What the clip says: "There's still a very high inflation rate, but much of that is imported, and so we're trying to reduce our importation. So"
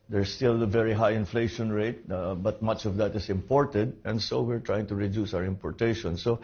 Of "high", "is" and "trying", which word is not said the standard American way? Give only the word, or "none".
is